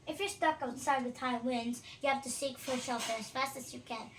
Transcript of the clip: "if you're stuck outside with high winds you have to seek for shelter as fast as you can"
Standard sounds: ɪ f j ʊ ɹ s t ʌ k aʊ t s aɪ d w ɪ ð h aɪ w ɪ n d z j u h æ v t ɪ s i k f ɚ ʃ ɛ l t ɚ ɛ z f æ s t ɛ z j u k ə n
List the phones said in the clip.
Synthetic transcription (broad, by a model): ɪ f j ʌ ɹ s t ʌ k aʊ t s aɪ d w ɪ ð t aɪ w ɪ n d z j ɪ h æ f t ɪ s i k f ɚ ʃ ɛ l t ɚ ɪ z f æ s t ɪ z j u k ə n